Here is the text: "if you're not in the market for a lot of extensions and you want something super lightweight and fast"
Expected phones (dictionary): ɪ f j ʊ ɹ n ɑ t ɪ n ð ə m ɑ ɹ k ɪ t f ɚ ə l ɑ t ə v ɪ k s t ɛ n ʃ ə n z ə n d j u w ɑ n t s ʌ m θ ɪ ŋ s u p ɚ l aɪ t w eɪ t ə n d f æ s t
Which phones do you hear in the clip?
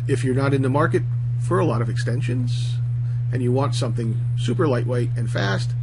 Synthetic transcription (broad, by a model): ɪ f j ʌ ɹ n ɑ t ɪ n ð ə m ɑ ɹ k ɪ t f ɚ ə l ɑ t ə v ɪ k s t ɛ n ʃ ə n z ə n j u w ɑ n t s ʌ m θ ɪ ŋ s u p ɚ l aɪ t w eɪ t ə n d f æ s t